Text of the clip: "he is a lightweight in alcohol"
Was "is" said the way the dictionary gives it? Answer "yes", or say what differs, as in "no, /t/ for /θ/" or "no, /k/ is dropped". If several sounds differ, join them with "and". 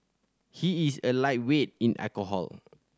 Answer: no, /s/ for /z/